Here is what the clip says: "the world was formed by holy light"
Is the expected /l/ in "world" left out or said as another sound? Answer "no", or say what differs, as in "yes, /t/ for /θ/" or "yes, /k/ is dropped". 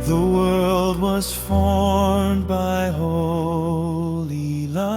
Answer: no